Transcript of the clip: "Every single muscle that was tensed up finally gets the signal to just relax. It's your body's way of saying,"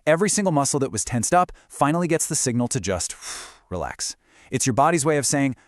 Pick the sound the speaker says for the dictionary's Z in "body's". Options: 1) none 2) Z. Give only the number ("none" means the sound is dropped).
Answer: 2